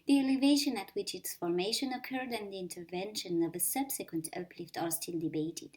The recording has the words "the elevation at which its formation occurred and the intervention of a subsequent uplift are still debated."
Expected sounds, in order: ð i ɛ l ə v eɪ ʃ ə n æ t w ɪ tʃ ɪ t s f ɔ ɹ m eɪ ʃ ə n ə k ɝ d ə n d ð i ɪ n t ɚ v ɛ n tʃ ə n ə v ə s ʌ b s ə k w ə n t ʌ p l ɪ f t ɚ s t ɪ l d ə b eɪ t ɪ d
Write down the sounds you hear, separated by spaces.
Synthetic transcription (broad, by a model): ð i ɛ l ə v eɪ ʃ ə n æ t w ɪ tʃ ɪ t s f ɔ ɹ m eɪ ʃ ə n ə k ɝ d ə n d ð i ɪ n t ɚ v ɛ n ʃ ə n ə v ə s ʌ b s ə k w ə n t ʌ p l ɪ f t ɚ s t ɪ l d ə b eɪ t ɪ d